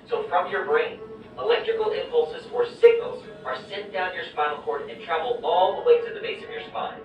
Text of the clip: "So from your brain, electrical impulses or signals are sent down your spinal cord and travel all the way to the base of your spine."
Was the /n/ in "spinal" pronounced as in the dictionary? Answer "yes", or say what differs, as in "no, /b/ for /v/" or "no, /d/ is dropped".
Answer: no, /l/ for /n/